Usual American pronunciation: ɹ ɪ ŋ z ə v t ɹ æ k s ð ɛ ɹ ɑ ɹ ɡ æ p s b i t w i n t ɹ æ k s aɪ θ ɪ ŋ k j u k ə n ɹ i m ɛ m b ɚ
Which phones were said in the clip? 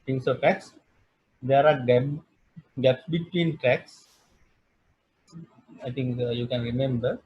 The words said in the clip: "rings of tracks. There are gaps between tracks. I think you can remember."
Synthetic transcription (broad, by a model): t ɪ ŋ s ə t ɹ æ k s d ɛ ɹ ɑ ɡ ɡ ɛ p s b i t w i n t ɹ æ k s aɪ t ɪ ŋ k j u k ə n ɹ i m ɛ m b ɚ